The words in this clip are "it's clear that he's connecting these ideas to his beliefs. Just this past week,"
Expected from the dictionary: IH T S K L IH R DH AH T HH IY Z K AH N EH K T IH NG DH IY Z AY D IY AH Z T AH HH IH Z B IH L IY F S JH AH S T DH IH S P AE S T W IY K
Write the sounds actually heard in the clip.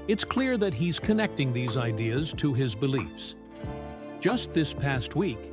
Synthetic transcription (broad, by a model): IH T S K L IH R DH AH T HH IY Z K AH N EH K T IH NG DH IY Z AY D IY AH Z T AH IH Z B IH L IY F S JH AH S T DH IH S P AE S T W IY K